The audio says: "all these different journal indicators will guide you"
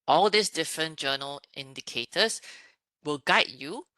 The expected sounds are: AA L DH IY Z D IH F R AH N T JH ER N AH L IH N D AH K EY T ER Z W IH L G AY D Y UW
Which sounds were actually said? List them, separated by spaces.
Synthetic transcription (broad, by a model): AA L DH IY S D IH F R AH N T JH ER N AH L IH N D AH K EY T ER S W IH L G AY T Y UW